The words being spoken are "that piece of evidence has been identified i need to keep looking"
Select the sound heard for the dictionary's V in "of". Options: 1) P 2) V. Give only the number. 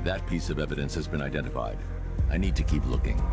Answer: 2